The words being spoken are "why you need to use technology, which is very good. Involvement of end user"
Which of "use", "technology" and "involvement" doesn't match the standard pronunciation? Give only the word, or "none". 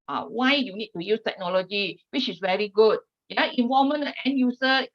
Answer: involvement